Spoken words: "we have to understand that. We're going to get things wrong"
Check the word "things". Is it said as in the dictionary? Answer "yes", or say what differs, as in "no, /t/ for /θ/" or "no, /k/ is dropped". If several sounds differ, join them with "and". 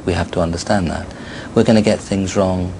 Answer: yes